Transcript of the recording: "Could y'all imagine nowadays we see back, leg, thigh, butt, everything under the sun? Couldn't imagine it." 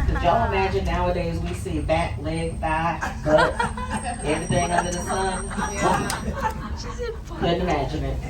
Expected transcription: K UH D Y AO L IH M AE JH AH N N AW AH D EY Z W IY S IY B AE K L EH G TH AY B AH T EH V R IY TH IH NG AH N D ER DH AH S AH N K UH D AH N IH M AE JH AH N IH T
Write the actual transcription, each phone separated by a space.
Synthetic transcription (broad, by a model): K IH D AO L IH M AE JH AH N N AW AH D EY Z W IY S IY B AE K L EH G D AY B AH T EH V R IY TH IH NG AH N D ER DH AH S AH N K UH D N IH M AE JH AH N IH T